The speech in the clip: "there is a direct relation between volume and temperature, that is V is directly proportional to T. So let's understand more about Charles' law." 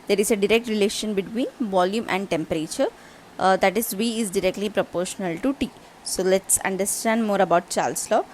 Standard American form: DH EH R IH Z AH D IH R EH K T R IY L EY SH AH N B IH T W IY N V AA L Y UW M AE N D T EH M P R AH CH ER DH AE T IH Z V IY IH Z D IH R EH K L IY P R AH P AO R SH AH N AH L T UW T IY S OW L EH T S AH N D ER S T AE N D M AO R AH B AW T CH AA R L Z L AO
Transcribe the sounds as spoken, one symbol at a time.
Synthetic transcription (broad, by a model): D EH R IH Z AH D IH R EH K T R IY L EY SH AH N B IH T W IY N V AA L Y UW M AE N D T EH M P R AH CH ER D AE T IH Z V IY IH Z D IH R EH K L IY P R AH P AO R SH AH N AH L T UW T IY S OW L EH T S AH N D ER S T AE N D M AO R AH B AW T CH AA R L S L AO